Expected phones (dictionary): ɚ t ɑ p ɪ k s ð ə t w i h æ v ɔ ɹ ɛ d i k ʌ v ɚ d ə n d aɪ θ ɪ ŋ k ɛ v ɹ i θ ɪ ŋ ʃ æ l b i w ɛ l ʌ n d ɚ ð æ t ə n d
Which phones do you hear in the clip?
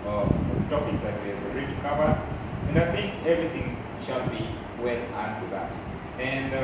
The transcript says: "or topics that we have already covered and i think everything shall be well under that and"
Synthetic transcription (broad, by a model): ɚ t ɑ p ɪ k s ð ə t w i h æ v ɹ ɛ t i k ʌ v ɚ ə n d aɪ θ ɪ ŋ k ɛ v ɹ i θ ɪ ŋ ʃ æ l b i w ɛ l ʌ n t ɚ ð æ t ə n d